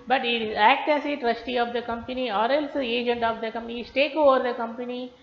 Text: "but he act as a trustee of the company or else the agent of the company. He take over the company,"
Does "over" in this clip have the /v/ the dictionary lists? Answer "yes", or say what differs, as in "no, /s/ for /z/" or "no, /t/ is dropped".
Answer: yes